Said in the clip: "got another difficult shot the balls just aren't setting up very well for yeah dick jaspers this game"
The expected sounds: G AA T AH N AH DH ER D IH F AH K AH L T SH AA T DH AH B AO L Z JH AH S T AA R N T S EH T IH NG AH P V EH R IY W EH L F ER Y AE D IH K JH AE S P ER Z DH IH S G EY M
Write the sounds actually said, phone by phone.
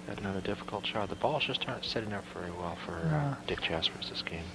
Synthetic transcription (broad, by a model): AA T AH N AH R D IH F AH K L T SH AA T DH AH B AO L Z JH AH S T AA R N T S EH T IH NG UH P V EH R IY W EH L F ER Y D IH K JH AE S F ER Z DH IH S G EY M